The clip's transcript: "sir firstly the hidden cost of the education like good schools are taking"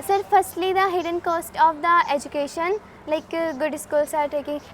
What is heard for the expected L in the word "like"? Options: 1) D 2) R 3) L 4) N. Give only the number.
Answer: 3